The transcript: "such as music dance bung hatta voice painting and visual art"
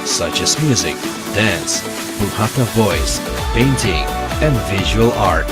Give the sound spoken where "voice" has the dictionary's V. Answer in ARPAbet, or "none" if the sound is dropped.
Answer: V